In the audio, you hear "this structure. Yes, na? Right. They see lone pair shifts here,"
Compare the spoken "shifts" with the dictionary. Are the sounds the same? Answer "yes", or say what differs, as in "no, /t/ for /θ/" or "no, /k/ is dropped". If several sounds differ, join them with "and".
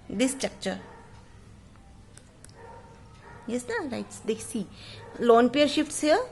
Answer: yes